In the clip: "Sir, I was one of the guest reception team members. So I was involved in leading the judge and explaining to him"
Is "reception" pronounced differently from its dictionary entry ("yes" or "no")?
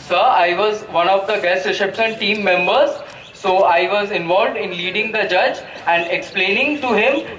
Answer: yes